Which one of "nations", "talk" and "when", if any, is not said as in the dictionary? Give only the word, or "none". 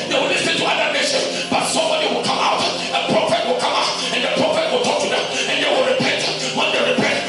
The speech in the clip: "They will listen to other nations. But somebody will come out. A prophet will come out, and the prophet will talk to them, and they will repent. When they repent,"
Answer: nations